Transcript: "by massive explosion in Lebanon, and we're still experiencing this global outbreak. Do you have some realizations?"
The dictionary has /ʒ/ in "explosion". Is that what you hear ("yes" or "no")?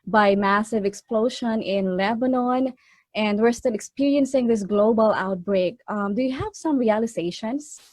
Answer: no